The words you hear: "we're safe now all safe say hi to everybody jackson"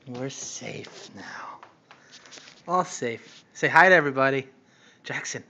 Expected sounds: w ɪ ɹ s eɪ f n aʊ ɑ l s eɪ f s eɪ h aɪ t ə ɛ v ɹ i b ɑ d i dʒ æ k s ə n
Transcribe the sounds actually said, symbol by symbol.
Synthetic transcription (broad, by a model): w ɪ ɹ s eɪ f n aʊ ɑ l s eɪ f s eɪ h aɪ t ɛ v ɹ i b ɑ d i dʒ æ k s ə n